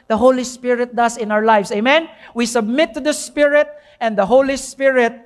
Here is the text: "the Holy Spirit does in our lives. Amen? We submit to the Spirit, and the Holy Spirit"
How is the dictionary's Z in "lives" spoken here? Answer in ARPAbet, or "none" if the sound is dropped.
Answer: S